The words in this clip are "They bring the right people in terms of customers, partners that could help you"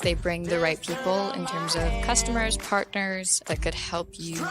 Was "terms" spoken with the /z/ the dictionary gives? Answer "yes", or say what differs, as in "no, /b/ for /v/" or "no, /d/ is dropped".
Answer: yes